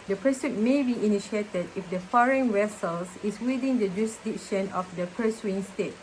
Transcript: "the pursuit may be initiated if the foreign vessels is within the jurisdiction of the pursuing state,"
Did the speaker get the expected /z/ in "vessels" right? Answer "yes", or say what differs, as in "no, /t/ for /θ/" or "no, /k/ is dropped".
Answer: no, /s/ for /z/